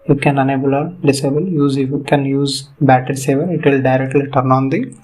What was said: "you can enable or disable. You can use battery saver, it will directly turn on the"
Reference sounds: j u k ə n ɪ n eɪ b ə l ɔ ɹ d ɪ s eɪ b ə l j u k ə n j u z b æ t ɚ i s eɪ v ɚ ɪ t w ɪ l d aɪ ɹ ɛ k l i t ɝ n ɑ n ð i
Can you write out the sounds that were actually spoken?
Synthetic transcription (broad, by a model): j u k ə n ɪ n eɪ b ə l ɔ ɹ d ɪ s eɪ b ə l j u k ə n j u z b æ t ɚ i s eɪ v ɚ ɪ t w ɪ l d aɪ ɹ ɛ k l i t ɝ n ɑ n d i